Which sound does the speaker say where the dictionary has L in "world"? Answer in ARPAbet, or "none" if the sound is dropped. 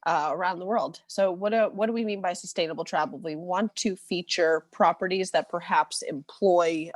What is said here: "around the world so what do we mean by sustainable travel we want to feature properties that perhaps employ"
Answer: L